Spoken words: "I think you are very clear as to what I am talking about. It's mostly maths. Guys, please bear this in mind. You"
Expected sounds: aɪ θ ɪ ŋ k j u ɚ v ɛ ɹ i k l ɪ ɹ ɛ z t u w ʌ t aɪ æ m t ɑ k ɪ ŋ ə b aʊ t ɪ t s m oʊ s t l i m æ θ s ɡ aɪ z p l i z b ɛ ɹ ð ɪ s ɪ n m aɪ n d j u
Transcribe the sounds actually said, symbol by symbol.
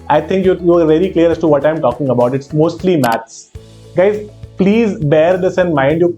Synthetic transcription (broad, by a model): aɪ t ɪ ŋ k j u ɚ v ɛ l i k l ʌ ɹ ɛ s t u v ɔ t aɪ m t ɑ k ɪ ŋ ə b aʊ t ɪ t s m oʊ s t l i m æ t s ɡ aɪ z p l i z b ɛ ɹ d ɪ s ɪ n m aɪ n d j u